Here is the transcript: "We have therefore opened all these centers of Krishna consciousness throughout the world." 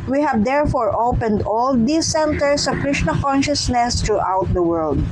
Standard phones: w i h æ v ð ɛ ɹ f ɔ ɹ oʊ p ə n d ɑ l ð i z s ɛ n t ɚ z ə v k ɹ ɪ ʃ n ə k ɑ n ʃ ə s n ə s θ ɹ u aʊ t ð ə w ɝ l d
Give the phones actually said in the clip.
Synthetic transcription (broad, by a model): w i h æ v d ɛ ɹ f ɔ ɹ oʊ p ə n d ɑ l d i s ɛ n t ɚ s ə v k ɹ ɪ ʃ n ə k ɑ n ʃ ə s n ə s t ɹ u aʊ t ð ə w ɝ l d